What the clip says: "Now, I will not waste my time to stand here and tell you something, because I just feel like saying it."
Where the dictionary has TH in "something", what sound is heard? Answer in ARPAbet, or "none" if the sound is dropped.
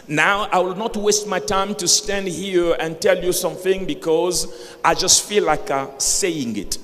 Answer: TH